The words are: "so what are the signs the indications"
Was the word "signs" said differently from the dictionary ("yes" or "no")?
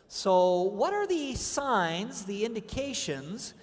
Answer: no